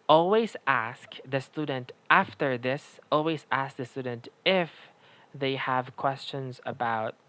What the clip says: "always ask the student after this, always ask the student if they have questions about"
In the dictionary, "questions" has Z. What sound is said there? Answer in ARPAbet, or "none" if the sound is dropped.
Z